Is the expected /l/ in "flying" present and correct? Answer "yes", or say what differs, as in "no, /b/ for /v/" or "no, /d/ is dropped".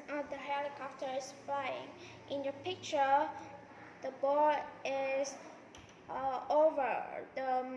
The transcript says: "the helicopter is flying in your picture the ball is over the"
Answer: no, /l/ is dropped